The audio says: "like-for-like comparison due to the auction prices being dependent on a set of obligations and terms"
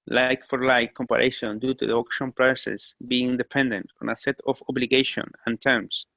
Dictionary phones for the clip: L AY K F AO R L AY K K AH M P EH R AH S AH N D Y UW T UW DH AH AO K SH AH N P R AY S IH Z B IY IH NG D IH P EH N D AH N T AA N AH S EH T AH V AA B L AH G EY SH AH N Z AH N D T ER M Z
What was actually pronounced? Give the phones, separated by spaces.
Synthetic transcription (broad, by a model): L AY K F AO R L AY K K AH M P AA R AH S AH N D Y UW T UW DH AH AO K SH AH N P R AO S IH S B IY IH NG D IH P EH N D AH N T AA N AH S EH T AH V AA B L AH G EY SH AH N AH N T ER M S